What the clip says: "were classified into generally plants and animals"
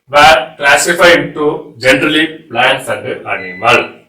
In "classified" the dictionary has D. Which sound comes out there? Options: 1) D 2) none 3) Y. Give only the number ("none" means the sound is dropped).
2